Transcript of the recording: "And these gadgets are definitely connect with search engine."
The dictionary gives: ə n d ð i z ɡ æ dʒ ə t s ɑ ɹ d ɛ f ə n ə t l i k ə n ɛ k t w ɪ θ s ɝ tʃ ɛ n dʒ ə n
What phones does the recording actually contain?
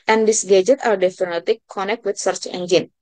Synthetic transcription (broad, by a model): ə n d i s ɡ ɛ dʒ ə t ɑ ɹ d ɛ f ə n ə t i k ə n ɛ k t w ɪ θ s ɝ tʃ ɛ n dʒ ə n